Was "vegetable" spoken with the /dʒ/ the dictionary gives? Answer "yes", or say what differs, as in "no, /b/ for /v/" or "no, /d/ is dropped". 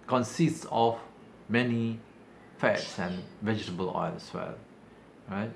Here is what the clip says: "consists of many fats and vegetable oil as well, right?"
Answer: yes